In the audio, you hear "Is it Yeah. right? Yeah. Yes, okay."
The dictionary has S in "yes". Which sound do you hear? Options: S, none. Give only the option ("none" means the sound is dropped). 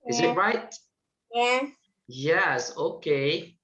S